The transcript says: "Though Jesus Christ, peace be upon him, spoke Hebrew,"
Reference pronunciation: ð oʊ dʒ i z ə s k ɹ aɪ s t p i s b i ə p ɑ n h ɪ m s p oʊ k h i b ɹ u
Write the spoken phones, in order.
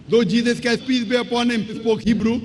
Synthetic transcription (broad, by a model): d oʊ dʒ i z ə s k aɪ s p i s b i ə p ɑ n h ɪ m s p oʊ k h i b ɹ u